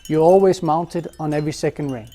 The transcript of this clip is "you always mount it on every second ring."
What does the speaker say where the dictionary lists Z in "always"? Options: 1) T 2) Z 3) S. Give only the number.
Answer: 2